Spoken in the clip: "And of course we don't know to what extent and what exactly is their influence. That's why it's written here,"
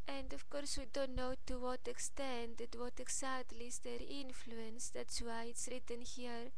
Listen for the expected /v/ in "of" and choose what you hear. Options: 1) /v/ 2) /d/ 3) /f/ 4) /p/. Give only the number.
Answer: 3